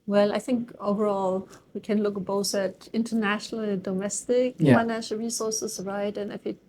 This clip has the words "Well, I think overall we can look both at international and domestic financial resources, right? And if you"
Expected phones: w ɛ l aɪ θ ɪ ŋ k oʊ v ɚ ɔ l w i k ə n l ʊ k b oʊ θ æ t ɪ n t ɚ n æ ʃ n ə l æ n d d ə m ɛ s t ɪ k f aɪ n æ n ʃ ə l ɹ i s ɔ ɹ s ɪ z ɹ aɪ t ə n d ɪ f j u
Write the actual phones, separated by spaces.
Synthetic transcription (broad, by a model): w ɛ l aɪ θ ɪ ŋ k oʊ v ɚ ɔ l w i k ə n l ʊ k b oʊ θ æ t ɪ n t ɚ n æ ʃ n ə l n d d ə m ɛ s t ɪ k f aɪ n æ n ʃ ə l ɹ i s ɔ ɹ s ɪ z ɹ aɪ t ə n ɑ ɪ f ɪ